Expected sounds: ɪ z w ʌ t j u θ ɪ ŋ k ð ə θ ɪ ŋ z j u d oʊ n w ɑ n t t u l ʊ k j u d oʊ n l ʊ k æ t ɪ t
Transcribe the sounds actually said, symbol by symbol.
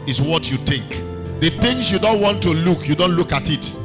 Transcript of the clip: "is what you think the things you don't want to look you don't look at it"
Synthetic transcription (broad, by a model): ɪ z w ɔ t j u t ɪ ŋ k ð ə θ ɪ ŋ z j u d oʊ n w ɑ n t t u l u k j u d oʊ n l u k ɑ t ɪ t